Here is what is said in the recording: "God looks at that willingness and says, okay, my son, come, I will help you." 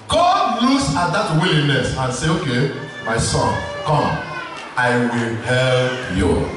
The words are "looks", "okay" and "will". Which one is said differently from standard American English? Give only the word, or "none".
looks